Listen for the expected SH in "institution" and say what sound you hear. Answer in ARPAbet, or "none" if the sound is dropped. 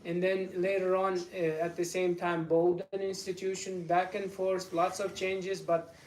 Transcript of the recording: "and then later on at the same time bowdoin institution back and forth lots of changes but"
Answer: SH